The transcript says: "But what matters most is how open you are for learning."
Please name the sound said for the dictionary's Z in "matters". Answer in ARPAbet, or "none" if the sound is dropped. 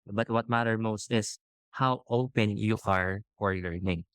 none